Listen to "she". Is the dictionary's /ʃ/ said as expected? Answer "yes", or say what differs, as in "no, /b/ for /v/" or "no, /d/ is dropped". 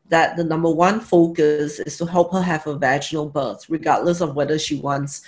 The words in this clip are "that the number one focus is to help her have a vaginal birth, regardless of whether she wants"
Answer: yes